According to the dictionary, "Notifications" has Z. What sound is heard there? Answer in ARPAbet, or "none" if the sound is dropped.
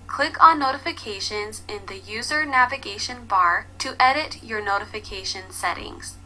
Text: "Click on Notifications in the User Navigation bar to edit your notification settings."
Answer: Z